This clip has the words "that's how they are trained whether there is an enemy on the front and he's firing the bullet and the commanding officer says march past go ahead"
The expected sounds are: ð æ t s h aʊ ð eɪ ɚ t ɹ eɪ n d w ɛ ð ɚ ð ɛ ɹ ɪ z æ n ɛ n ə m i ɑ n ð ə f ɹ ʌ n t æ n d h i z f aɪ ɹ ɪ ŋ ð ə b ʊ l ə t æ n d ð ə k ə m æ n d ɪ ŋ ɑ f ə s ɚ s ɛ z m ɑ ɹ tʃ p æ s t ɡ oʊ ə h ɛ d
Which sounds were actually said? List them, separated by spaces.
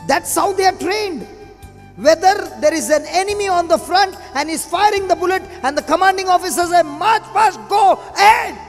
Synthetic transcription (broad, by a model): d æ t s h aʊ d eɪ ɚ t ɹ eɪ n d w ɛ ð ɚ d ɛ ɹ ɪ z æ n ɛ n ə m i ɑ n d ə f ɹ ʌ n t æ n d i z f aɪ ɹ ɪ ŋ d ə b ʊ l ə t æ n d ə k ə m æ n d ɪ ŋ ɑ f ə s ɚ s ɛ m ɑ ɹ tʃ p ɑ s ɡ oʊ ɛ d